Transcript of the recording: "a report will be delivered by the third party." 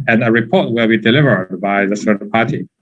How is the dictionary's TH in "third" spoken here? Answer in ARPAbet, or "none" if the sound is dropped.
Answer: S